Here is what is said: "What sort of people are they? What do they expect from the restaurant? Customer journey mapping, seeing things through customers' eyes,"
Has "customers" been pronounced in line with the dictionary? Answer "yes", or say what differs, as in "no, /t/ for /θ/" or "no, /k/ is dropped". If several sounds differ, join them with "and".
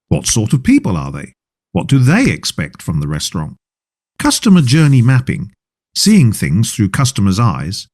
yes